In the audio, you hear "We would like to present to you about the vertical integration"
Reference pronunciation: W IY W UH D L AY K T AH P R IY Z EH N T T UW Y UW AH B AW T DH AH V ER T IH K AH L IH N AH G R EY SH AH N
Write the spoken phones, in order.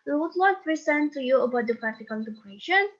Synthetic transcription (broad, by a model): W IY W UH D L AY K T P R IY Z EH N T T UW Y UW AH B AW T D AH P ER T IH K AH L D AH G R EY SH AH N